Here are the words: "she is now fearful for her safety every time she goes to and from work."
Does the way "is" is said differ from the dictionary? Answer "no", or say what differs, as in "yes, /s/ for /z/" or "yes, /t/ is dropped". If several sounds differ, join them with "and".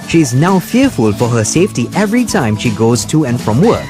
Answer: no